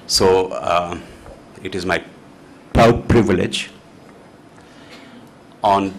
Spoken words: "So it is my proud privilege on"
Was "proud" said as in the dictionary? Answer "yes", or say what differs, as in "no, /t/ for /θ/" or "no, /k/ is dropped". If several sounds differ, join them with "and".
no, /ɹ/ is dropped